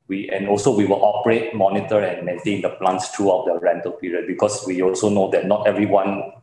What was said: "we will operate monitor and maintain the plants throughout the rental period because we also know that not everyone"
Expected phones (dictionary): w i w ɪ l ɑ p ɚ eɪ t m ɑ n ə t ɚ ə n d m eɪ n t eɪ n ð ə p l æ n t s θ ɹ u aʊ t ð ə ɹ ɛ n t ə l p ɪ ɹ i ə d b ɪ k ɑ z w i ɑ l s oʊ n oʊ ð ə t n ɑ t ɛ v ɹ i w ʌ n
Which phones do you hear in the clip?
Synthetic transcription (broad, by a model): w i w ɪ l ɑ p ɚ eɪ t m ɑ n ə t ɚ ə n m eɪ n t eɪ n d ə p l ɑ n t s t ɹ u aʊ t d ə ɹ ɛ n t ə l p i ɹ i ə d b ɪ k ɑ s w i ɑ l s oʊ n oʊ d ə t n ɑ t ɛ v ɹ i w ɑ n